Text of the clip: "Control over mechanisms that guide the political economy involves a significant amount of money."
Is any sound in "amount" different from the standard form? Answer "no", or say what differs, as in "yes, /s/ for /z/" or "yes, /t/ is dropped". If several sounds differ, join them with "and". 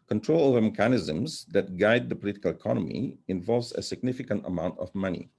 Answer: no